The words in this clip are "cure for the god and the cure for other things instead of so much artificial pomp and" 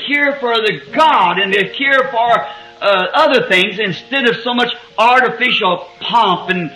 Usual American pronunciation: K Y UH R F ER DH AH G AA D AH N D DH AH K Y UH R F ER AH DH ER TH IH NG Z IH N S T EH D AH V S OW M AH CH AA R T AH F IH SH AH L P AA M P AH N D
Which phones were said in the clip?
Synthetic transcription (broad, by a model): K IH R F ER DH AH G AA D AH N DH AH K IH R F ER AH DH ER TH IH NG Z IH N S T EH D AH V S OW M AH CH AA R T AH F IH SH L P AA M P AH N